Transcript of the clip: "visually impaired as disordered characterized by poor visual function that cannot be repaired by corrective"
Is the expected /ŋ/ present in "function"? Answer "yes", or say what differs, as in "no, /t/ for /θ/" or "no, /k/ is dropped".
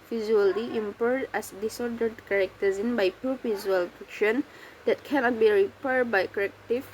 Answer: no, /ŋ/ is dropped